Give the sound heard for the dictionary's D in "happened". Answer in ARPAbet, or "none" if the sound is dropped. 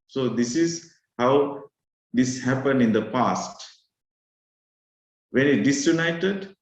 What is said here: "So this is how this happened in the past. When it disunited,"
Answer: D